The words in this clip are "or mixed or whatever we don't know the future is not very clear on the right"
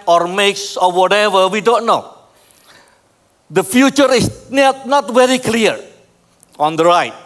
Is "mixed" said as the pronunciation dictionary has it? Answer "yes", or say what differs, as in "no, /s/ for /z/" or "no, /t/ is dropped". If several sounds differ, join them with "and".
no, /t/ is dropped